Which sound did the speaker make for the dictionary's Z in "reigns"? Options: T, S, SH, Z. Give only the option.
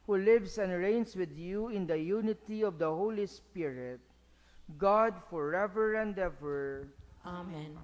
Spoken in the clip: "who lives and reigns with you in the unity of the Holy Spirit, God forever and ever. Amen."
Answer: S